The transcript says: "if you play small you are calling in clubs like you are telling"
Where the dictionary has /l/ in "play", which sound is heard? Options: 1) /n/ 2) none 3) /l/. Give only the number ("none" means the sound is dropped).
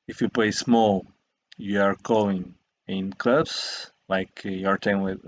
3